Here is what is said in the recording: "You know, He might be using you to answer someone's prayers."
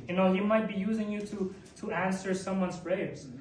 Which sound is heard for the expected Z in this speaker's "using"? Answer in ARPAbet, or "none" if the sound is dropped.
Z